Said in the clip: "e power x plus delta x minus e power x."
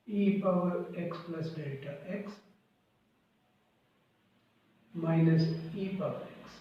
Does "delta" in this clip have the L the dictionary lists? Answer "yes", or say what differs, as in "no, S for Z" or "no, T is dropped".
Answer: no, L is dropped